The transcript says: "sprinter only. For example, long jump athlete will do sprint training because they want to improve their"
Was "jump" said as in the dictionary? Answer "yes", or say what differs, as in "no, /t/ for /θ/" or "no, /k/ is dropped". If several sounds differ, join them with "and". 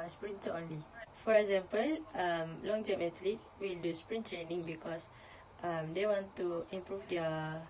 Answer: no, /p/ is dropped